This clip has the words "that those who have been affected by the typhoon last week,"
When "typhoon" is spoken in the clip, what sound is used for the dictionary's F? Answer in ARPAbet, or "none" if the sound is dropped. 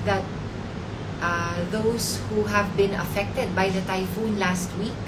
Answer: F